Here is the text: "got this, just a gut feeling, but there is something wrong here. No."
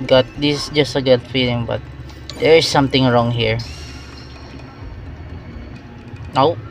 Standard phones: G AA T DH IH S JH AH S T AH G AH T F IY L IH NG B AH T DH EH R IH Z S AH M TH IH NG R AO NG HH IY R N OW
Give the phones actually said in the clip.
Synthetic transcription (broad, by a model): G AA T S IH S JH AH S T AH G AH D F IY L IH NG B AH T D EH R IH S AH M T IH NG R AO NG HH IY R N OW